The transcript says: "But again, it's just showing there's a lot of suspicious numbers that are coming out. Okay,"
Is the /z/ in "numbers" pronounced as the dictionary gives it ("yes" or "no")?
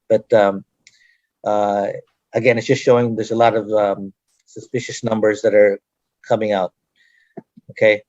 yes